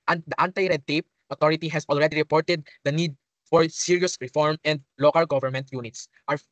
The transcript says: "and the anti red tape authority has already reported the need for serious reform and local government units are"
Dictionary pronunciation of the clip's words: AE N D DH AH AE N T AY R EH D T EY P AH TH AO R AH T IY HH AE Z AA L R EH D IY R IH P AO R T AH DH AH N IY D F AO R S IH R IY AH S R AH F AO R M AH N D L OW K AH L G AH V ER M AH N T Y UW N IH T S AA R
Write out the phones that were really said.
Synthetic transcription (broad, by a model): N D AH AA N T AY R EH D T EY P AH T AO R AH T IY HH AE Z AA L R EH D IY R IH P AO R T AH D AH N IY D F AO R S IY R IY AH S R AH F AO R M AH N D L OW K AH L G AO V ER M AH N T Y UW N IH T S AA R